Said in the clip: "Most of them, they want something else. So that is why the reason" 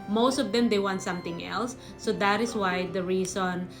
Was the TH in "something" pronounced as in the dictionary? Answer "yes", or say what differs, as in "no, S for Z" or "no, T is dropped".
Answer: no, T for TH